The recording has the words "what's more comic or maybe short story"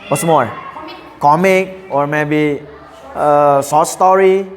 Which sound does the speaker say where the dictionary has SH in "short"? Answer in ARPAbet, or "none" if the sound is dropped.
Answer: S